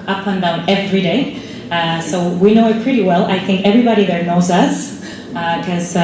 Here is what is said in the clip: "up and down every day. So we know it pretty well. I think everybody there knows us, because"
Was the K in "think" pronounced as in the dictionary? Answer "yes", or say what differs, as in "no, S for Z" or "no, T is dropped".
yes